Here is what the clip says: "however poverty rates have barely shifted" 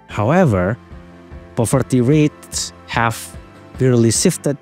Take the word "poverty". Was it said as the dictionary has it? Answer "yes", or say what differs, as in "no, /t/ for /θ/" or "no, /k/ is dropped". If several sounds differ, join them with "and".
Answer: no, /f/ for /v/